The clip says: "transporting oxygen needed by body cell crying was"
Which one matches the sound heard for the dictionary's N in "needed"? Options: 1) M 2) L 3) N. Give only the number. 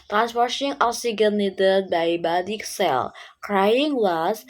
2